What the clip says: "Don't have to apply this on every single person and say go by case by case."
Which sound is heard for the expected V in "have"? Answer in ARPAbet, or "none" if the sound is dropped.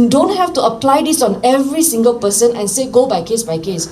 F